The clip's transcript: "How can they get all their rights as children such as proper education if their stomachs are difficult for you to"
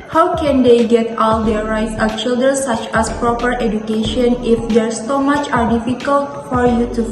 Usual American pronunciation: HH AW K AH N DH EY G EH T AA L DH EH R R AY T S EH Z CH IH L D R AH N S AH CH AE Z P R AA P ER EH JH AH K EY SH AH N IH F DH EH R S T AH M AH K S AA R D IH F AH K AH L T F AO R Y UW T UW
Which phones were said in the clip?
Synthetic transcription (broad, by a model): HH AW K AH N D EY G EH T AA L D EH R R AY T S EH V CH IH L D R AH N S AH CH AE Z P R AA P ER EH JH AH K EY SH AH N IH F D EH R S S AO M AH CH AA R D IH F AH K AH L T F AO R Y UW T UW